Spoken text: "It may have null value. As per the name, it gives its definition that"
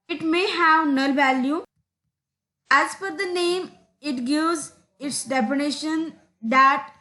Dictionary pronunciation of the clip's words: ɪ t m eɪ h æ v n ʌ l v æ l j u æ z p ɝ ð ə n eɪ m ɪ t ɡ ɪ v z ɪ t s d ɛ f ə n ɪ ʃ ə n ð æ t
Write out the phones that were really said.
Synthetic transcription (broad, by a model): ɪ t m eɪ h æ v n ʌ l v æ l j u æ z f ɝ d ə n eɪ m ɪ t ɡ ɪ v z ɪ t s d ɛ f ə n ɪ ʃ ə n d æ t